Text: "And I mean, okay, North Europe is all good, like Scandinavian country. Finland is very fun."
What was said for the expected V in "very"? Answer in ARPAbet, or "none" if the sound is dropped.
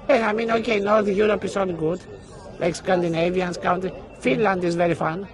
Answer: V